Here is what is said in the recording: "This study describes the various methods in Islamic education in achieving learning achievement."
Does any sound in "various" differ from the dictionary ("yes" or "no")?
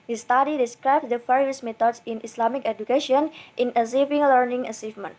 yes